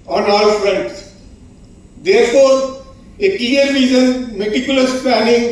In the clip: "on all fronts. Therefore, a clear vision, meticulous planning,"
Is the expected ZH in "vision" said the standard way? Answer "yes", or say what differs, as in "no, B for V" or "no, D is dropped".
no, Z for ZH